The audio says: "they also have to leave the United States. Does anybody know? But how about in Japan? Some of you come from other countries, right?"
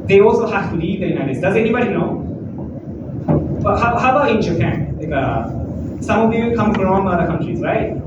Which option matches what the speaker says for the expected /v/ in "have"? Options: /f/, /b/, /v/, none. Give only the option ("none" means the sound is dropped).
/f/